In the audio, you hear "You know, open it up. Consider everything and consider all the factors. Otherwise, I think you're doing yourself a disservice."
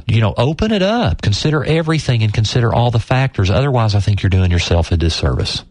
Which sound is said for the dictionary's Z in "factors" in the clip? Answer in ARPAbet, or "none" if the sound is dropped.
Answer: Z